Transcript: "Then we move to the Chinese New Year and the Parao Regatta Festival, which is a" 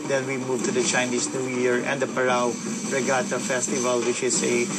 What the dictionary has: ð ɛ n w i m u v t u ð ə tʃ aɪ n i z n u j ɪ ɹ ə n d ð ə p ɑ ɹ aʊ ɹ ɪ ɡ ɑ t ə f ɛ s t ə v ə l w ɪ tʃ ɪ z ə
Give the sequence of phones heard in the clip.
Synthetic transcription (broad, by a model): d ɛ n w i m u v t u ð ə tʃ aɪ n i s n u j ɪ ɹ ə n d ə p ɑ ɹ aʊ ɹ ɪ ɡ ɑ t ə f ɛ s t ə v ə l w ɪ tʃ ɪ s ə